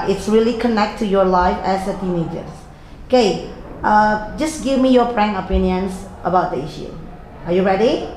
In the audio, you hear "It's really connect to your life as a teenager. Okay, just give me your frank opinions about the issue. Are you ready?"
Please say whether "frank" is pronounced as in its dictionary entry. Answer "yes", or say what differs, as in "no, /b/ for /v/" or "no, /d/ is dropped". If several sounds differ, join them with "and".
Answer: no, /k/ is dropped